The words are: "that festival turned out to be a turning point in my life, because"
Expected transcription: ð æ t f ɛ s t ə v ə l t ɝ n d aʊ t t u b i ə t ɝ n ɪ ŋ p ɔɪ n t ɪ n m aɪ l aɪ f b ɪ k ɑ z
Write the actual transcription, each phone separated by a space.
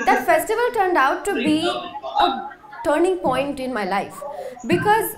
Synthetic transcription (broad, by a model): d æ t f ɛ s t ə v ə l t ɝ n d aʊ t t u b i ə t ɝ n ɪ ŋ p ɔɪ n t ɪ n m aɪ l aɪ f b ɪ k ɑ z